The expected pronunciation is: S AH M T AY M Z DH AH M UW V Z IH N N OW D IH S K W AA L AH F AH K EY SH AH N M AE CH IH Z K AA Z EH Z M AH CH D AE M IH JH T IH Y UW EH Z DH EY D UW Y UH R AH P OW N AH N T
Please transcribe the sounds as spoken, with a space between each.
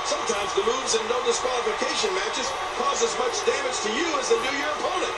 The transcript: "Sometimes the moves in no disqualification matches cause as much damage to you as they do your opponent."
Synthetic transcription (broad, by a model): S AH M T AY M Z DH AH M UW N Z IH N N D IH S K W AA L AH F AH K EY SH AH N M AE CH IH Z K AA Z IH Z M AH CH D AE M IH JH T IH Y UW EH Z DH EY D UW Y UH R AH P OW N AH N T